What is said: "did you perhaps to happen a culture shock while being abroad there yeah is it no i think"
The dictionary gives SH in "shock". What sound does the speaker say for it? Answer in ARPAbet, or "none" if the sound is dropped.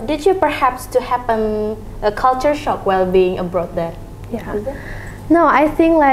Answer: SH